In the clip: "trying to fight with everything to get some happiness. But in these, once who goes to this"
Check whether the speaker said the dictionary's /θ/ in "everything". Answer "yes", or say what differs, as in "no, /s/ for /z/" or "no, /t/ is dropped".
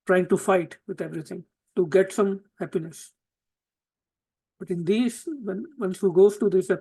no, /t/ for /θ/